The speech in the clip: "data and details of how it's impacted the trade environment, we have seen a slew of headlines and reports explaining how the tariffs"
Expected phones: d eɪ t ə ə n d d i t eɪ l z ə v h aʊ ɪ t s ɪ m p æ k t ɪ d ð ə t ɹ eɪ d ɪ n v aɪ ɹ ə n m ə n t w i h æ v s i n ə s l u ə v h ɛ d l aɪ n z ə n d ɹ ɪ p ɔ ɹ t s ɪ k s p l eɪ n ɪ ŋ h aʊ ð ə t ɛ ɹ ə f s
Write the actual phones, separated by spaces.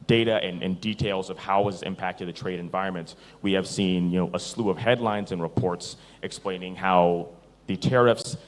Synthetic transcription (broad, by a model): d eɪ t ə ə n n d i t eɪ l z ə v h aʊ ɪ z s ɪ m p æ k t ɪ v ð ə t ɹ eɪ d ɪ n v aɪ ɹ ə n m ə n t w i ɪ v s i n ə s l u ə v h ɛ d l aɪ n z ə n ɹ ɪ p ɔ ɹ t s ɪ k s p l eɪ n ɪ ŋ h aʊ ð ə t ɛ ɹ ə f s